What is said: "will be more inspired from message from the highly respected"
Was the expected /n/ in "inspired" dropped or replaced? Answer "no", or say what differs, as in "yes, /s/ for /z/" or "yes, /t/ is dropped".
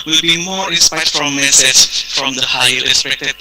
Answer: yes, /n/ is dropped